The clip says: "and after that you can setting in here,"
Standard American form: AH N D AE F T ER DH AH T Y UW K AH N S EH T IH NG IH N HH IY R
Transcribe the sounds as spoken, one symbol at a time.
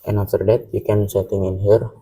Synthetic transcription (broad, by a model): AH N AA T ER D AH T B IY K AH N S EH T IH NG IH N HH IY R